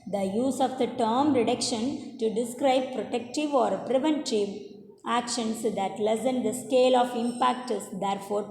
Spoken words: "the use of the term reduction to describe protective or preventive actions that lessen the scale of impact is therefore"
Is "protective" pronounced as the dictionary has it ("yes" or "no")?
yes